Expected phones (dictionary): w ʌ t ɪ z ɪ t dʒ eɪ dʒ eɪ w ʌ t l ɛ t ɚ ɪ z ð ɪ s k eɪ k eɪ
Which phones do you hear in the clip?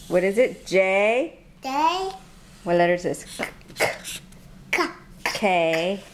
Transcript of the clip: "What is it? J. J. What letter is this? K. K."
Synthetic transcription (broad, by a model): w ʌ t ɪ z ɪ t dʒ eɪ dʒ eɪ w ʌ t l ɛ t ɚ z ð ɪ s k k k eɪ